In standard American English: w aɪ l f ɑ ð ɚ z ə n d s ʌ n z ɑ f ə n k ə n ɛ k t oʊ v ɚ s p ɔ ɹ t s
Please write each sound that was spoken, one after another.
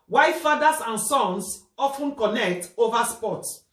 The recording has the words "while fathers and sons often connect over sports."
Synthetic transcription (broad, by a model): w aɪ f f ɑ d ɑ s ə n s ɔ n s ɑ f ə n k ə n ɛ k t oʊ v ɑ s p ɔ t